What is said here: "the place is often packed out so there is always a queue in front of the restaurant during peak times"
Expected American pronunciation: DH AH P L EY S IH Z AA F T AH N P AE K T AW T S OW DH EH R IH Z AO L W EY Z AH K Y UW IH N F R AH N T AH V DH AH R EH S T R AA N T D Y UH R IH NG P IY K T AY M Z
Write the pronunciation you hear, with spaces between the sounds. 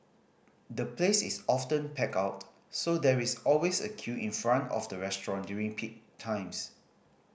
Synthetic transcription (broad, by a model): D AH P L EY S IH S AA F T AH N P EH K AW T S OW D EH R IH S AO L W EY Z AH K Y UW IH N F R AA N T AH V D AH R EH S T R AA N D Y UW R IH NG P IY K T AY M S